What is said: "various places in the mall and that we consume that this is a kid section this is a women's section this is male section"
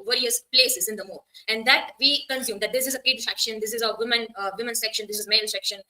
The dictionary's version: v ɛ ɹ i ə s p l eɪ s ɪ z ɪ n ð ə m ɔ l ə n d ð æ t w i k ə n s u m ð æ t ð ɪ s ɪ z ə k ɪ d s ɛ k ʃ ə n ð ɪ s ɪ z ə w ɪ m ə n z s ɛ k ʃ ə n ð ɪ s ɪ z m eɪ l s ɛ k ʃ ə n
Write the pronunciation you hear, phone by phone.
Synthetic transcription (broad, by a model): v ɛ ɹ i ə s p l eɪ s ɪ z ɪ n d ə m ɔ ə n d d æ t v i k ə n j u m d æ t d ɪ s ɪ z ə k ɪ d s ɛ k ʃ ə n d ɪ s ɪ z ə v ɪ m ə n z s ɛ k ʃ ə n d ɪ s ɪ z m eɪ n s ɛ k ʃ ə n